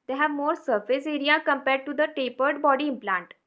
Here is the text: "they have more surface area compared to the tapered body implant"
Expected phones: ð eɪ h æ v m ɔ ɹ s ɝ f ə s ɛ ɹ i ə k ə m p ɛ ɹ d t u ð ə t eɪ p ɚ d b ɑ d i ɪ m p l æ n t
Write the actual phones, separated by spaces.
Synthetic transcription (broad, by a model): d eɪ h æ v m ɔ ɹ s ɝ f ə s ɛ ɹ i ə k ə m p ɛ ɹ d t u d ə t eɪ p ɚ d b ɑ d i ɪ m p l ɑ n t